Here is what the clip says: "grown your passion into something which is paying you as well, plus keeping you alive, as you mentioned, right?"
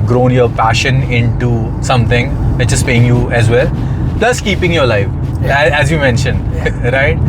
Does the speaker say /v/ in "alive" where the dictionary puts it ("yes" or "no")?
no